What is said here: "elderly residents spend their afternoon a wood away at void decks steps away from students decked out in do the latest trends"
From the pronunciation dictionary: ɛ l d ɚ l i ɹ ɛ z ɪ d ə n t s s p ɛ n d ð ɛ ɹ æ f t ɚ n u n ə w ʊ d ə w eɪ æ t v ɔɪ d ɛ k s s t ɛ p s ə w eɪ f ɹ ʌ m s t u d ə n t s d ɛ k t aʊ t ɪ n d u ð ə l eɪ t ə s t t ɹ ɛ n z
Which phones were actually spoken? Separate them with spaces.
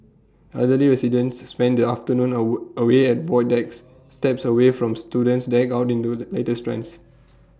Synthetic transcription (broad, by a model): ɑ d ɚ l i ɹ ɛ s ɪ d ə n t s s p ɛ n d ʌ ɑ f t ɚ n u n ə ə w eɪ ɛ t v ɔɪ d ɛ k s s t ɛ p s ə w eɪ f ɹ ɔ m s t u d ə n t s d ɛ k aʊ t ɪ n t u l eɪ t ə s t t ɹ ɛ n s